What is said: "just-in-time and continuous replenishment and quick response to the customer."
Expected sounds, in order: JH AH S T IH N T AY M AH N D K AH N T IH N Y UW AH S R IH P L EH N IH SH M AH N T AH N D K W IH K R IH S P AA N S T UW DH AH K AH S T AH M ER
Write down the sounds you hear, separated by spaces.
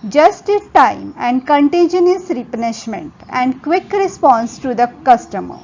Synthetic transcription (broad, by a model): JH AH S T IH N T AY M AH N D K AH N T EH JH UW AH S R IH P EH N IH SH M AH N T AH N D K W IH K R IH S P AA N S T UW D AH K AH S T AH M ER